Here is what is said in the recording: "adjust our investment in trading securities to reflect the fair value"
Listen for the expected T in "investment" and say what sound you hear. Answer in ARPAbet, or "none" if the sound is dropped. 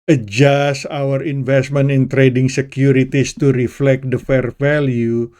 none